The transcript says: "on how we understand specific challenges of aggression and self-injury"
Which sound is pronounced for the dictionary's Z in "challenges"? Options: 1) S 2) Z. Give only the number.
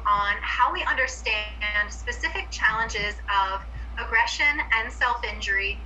2